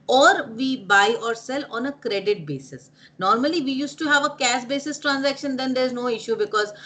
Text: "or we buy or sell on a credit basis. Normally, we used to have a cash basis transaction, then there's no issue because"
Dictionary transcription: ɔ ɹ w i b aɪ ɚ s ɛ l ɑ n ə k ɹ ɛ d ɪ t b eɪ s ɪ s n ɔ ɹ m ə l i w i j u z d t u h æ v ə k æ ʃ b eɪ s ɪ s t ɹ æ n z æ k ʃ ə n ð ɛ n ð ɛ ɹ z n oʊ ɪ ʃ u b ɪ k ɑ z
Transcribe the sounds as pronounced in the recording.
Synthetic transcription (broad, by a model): ɔ ɹ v i b aɪ ɚ s ɛ l ɑ n ə k ɹ ɛ d ɪ t b eɪ s ɪ s n ɔ ɹ m ə l i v i j u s t u h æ v ə k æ s b eɪ s ɪ s t ɹ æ n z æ k ʃ ə n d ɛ n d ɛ ɹ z n oʊ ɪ ʃ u b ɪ k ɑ z